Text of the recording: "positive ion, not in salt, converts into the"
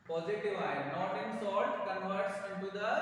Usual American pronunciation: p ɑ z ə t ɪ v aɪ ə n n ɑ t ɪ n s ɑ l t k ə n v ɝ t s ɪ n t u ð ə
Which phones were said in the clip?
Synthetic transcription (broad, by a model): p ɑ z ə t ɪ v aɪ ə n n ɑ t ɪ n s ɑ t k ə n v ɝ t s ɪ n t u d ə